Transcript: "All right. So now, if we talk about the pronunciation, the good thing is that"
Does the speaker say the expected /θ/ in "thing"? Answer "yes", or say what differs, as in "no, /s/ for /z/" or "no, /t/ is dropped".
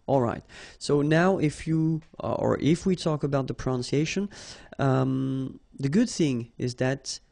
yes